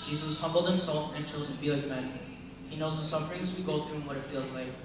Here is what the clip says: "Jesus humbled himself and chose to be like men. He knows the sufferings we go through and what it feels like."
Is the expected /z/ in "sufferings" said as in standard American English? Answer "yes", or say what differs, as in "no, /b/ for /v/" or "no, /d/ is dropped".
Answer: yes